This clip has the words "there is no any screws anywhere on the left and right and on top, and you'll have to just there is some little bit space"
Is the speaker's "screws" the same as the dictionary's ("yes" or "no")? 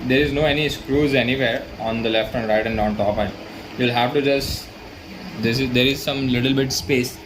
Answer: yes